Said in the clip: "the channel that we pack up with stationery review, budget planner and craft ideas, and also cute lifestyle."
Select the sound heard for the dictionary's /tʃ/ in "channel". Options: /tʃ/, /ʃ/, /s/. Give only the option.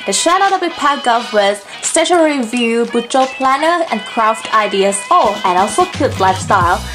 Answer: /ʃ/